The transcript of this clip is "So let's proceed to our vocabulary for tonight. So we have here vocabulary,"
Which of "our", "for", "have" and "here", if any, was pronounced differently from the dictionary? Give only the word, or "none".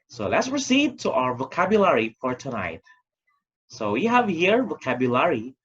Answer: none